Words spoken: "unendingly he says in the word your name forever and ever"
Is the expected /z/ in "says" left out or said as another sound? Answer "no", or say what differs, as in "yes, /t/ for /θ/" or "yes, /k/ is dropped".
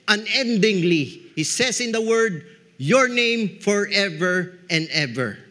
yes, /s/ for /z/